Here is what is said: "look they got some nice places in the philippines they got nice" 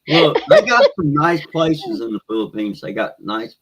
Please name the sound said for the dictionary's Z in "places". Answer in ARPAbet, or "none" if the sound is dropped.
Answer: Z